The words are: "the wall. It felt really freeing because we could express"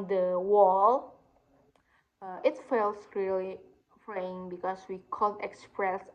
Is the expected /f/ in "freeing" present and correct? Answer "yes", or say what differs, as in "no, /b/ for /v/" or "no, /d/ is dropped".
no, /p/ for /f/